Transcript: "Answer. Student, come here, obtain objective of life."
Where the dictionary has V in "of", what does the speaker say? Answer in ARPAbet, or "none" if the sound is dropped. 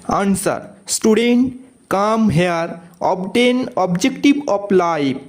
P